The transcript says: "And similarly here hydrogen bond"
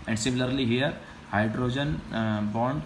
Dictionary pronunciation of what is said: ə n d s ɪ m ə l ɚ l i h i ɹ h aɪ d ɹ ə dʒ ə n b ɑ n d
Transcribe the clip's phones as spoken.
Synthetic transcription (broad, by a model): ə n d s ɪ m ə l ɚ l i h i ɹ h aɪ d ɹ ə dʒ ə n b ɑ n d